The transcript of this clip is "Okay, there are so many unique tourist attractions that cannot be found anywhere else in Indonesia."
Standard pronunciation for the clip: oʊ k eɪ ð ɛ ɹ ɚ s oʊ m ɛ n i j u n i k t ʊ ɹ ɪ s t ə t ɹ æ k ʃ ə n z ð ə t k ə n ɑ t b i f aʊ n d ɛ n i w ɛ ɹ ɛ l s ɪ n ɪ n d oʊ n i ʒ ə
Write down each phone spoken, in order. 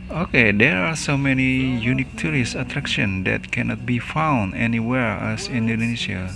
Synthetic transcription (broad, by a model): oʊ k eɪ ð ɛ ɹ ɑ s oʊ m ɛ n i j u n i k t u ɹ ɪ s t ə t ɹ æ k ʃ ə n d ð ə t k ə n ɑ t b i f aʊ n d ɛ n i w ɛ ɹ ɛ s ɪ n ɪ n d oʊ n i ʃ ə